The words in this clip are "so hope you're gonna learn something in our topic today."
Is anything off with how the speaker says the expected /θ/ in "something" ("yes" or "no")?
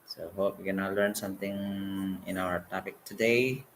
yes